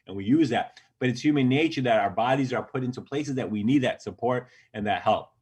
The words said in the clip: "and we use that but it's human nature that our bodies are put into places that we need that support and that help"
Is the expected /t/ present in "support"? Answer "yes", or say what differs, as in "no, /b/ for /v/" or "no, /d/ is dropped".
yes